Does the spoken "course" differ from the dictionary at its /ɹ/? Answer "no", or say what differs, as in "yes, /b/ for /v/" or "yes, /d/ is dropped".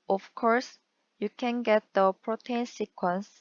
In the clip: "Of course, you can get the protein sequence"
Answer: no